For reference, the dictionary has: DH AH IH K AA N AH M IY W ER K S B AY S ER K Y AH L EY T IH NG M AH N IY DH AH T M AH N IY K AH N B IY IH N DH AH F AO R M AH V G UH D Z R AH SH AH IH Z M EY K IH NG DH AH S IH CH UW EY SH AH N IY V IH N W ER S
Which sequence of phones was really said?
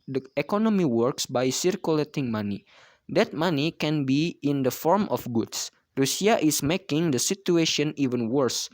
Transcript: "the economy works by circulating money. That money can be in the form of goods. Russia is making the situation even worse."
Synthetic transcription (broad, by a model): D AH IH K AA N AH M IY W ER K S B AY S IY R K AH L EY T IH NG M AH N IY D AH T M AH N IY K AH N B IY IH N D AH F AO R M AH F G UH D S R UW S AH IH S M EY K IH NG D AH S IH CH UW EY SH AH N IY V IH N W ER S